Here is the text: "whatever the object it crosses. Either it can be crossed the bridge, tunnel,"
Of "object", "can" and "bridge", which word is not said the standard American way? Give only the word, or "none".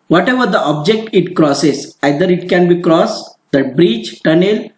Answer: bridge